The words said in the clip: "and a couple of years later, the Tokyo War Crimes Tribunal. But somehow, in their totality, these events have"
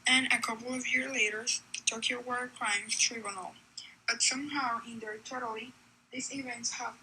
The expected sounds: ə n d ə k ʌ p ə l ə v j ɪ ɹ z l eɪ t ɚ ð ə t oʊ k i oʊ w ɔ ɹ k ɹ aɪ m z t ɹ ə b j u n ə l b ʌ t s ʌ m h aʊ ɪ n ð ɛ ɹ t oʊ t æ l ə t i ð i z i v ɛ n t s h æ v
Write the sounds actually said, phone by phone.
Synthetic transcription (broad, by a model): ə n ə k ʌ p l ə v j ɪ ɹ z l eɪ t ɚ ð ə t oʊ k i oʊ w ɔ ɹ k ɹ aɪ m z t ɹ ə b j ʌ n l b ʌ t s ʌ m h aʊ ɪ n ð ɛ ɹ t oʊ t l i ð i s i v ɛ n t s h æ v